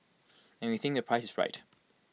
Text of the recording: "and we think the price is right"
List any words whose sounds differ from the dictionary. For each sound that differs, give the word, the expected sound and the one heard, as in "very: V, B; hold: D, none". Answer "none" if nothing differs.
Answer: none